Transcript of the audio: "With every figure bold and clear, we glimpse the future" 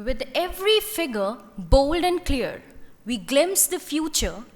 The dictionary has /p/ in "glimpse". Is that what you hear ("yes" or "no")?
no